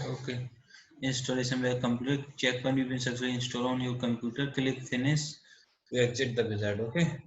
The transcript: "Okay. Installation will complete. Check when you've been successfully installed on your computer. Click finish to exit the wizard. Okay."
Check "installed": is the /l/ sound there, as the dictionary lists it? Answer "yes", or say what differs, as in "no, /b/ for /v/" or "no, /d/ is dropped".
no, /l/ is dropped